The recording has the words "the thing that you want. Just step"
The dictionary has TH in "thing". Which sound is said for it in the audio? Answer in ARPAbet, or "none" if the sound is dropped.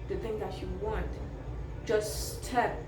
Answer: TH